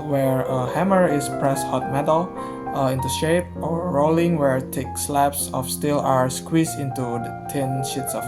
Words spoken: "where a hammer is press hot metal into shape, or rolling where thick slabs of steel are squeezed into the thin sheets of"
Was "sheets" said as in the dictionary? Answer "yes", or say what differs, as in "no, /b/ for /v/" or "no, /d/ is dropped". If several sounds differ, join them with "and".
yes